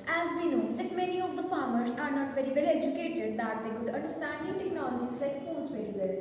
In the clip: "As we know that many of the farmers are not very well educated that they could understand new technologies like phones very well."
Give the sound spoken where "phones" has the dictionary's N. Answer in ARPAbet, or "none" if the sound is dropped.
none